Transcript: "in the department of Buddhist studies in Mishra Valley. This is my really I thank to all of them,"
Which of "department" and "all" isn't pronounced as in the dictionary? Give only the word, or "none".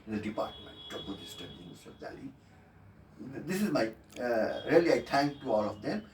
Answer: none